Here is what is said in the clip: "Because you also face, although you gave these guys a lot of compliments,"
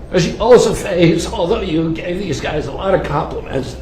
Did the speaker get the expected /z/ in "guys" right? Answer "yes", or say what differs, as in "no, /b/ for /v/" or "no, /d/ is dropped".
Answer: yes